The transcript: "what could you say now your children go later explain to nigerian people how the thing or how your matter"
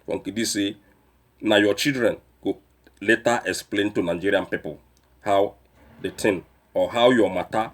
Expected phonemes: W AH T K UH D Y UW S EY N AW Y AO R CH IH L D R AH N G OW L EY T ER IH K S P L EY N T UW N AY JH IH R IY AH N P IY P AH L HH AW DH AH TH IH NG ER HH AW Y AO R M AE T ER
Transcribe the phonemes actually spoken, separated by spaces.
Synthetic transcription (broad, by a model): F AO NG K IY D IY S EY N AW Y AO CH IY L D R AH N G OW L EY T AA IH K S P L EY N T UW N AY JH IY R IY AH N P IY P AH L HH AW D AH T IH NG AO HH AW Y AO M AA T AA